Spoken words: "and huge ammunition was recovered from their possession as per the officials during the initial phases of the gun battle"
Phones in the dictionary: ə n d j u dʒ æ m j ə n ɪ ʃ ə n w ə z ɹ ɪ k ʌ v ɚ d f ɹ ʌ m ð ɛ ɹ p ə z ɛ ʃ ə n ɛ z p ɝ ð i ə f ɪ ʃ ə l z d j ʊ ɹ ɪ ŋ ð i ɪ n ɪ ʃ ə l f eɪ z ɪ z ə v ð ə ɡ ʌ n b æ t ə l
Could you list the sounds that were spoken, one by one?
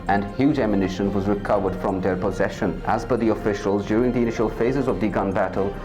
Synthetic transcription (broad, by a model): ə n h j u dʒ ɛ m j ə n ɪ ʃ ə n w ə z ɹ ɪ k ʌ v ɚ d f ɹ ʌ m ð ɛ ɹ p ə z ɛ ʃ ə n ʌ z b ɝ ð i ə f ɪ ʃ ə l z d j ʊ ɹ ɪ ŋ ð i ɪ n ɪ ʃ ə l f eɪ z ɪ z ə v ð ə ɡ ʌ n b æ t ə l